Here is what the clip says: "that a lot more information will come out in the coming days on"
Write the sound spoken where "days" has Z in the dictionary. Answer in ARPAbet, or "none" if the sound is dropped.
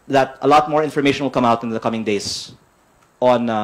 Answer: S